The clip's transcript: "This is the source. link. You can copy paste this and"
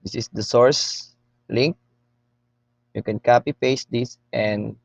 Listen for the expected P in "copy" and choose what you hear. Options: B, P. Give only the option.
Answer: P